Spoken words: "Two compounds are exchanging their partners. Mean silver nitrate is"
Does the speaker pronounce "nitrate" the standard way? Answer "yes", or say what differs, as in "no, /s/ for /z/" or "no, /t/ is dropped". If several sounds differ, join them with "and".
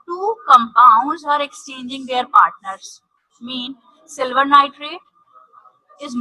yes